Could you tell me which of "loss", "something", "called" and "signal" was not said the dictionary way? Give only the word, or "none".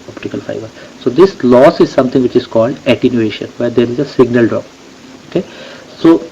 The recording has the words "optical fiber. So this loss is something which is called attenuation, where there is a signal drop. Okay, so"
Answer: something